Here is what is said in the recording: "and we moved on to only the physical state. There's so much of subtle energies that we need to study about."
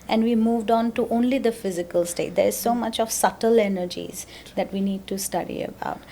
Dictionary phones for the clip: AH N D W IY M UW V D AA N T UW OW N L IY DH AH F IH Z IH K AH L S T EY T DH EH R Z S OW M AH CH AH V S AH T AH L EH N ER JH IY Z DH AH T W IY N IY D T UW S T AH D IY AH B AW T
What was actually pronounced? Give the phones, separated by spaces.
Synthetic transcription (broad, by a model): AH N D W IY M UW V D AA N T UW OW N L IY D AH F IH Z IH K AH L S T EY T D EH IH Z S OW M AH CH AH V S AH T AH L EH N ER JH IY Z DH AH T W IY N IY D T UW S T AH D IY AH B AW T